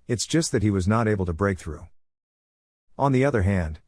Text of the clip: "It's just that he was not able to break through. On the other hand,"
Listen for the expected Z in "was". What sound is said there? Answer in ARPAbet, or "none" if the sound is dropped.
Z